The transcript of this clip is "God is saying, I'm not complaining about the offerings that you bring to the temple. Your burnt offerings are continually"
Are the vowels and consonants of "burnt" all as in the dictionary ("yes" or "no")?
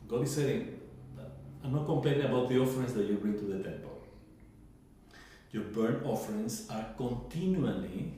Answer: no